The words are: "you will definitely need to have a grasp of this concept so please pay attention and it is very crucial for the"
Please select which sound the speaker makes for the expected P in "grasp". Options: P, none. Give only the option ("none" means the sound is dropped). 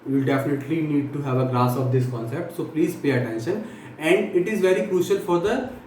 none